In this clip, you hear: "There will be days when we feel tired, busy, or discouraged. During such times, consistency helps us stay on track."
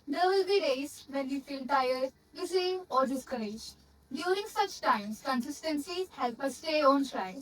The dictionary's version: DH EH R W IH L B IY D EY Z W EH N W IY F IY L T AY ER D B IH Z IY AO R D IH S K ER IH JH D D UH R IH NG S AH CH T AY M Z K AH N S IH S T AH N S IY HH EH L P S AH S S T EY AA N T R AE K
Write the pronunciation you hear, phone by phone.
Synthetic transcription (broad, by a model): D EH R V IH L B IY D EY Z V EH N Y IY F IY L T AY ER D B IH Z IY AO R D IH S K ER IH JH D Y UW R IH NG S AH CH T AY M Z K AH N S IH S T AH N S IY HH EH L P AH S S T EY AA N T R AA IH